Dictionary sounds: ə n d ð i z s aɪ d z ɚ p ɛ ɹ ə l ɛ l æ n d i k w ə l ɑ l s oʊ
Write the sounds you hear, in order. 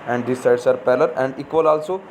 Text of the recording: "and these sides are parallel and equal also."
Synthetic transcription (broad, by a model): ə n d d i s aɪ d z ɚ p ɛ l ə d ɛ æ n d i k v ə l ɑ l s oʊ